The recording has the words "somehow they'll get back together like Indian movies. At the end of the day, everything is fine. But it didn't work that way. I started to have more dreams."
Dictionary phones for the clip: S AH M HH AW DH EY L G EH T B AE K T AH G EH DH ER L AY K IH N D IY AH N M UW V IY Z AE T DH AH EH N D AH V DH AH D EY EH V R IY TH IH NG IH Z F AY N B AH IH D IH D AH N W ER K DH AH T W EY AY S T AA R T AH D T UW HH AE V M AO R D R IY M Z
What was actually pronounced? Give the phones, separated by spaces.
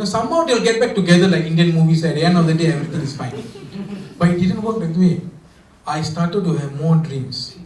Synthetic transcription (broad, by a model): S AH M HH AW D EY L G EH T B AE K T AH G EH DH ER L AY K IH N D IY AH N M UW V IY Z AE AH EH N AH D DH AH D EY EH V R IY T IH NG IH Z F AY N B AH IH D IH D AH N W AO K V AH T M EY AY S T AA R T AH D T UW HH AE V M AO R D R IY M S